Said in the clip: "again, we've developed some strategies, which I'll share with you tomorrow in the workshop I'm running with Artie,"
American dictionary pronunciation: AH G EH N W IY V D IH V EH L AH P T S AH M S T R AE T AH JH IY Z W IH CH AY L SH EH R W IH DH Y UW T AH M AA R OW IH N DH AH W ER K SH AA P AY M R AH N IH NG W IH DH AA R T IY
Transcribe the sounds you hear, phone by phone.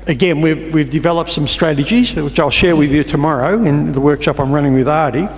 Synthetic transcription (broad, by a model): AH G EH N W IY V D IH V EH L AH P T S AH M S T R AE T AH JH IY Z W IH CH AY L SH EH R W IH DH Y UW T AH M AA R OW IH N DH AH W ER K SH AA P AY M R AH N IH NG W IH DH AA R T IY